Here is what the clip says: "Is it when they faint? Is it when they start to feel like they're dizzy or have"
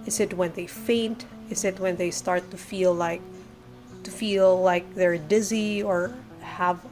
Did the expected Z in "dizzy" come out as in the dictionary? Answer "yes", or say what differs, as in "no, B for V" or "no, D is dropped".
yes